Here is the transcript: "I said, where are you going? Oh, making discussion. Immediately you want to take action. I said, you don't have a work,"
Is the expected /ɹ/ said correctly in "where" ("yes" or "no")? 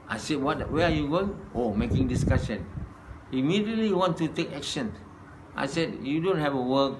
no